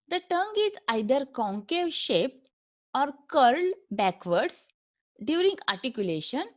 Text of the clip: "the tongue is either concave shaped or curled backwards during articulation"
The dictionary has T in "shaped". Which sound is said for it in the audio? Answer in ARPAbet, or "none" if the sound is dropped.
T